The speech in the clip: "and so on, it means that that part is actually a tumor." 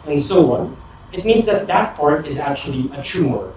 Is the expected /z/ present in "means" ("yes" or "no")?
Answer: yes